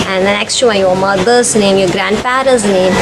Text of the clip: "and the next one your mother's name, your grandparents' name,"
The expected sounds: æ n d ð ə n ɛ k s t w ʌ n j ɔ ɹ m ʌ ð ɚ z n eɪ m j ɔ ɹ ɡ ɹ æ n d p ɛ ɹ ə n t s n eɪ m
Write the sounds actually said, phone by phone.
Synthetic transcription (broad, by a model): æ n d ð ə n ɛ k s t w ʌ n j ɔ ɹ m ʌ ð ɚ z n eɪ m j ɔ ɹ ɡ ɹ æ n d f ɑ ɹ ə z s n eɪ m